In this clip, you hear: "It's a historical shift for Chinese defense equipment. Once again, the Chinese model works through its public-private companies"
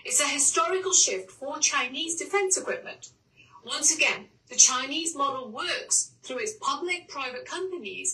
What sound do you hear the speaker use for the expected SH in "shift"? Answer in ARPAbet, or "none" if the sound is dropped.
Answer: SH